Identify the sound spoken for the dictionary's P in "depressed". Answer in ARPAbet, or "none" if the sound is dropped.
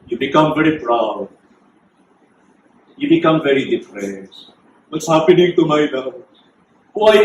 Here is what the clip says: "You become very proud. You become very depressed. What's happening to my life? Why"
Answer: F